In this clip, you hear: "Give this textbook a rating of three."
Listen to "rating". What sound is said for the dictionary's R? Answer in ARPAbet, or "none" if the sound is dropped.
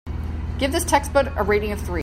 R